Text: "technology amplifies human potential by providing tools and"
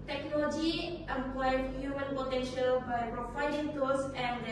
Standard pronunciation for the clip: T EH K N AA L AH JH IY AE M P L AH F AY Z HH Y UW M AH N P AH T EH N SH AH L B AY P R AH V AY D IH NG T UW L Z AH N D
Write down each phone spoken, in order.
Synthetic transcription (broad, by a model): T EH K N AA L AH JH IY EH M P L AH IH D HH Y UW M AH N P AH T EH N SH AH L B AY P R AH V AY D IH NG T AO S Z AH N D